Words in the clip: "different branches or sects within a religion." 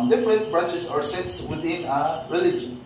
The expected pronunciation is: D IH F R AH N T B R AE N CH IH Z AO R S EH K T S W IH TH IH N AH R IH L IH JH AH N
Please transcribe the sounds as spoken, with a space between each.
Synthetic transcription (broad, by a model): D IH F R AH N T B R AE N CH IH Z AO R S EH T S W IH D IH N AH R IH L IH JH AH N